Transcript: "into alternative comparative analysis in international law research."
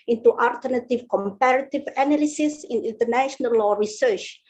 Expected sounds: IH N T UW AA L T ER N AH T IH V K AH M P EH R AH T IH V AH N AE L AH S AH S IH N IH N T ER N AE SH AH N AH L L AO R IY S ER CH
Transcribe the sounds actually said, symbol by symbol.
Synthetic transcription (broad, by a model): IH N T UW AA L T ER N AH T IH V K AH M P EH R AH T IH V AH N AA L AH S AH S IH N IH N T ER N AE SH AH N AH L L AO R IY S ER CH